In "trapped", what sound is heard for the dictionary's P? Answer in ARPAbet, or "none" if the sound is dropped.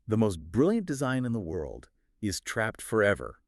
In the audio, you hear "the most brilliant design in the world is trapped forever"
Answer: P